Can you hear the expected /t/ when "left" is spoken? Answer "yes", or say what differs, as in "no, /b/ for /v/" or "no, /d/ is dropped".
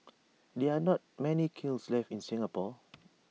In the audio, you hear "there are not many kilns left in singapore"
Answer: no, /t/ is dropped